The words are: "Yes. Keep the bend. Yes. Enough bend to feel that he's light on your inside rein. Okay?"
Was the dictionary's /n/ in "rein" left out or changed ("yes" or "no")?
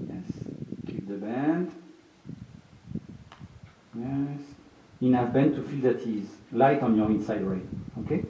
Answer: yes